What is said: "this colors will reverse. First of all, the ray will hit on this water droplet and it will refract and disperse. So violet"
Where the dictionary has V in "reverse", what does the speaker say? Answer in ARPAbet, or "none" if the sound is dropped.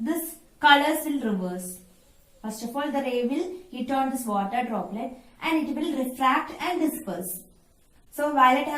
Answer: V